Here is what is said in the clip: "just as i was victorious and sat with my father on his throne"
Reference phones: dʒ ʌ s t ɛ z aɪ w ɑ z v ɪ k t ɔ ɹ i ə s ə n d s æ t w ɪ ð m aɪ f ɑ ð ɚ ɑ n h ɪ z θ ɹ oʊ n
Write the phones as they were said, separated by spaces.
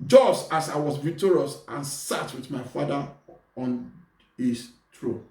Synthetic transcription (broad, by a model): dʒ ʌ s t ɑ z aɪ w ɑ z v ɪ t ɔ ɹ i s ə n s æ t w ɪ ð m aɪ f ɑ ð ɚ ɑ n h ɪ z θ ɹ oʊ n